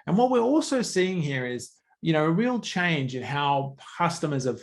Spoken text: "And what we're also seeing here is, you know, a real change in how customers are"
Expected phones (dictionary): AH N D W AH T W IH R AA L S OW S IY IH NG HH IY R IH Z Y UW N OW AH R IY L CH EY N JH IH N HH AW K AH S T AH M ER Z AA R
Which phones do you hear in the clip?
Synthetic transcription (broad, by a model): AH N W AH T W IH R AA L S OW S IY IH NG HH IY R IH Z Y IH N OW AH R IY L CH EY N JH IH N HH AW K AH S T AH M ER Z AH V